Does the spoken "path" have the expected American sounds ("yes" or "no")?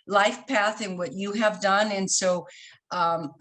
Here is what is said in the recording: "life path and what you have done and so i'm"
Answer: yes